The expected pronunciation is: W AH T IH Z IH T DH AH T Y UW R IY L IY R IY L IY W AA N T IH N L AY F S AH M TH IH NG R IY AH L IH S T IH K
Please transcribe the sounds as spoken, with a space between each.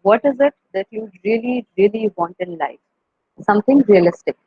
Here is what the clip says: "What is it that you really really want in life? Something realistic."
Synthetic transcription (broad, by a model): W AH T IH Z IH T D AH T Y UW R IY L IY R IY L IY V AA N T IH N L AY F S AH M T IH NG R IY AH L IH S T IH K